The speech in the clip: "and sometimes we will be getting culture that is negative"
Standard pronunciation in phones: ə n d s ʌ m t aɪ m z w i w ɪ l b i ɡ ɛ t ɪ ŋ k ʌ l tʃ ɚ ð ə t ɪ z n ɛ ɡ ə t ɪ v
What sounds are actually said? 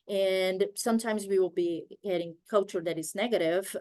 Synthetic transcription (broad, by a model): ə n s ʌ m t aɪ m z w i w ɪ l b i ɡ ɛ t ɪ ŋ k ʌ l tʃ ɚ ð ə t ɪ z n ɛ ɡ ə t ɪ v